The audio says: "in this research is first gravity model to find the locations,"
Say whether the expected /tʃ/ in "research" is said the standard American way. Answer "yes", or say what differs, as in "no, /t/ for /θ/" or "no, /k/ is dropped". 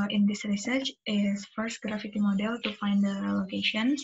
yes